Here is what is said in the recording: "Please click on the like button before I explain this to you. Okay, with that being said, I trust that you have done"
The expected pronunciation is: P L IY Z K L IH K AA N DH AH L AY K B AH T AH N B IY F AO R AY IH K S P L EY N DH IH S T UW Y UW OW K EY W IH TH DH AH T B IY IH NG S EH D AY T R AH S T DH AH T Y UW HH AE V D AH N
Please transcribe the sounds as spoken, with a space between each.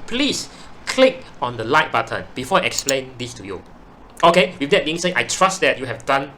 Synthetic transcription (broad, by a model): P L IY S K L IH K AA N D AH L AY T B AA T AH N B IY F AO AY IH K S P L EY N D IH S T UW Y UW OW K EY W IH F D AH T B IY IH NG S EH AY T R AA S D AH T Y UW HH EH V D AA N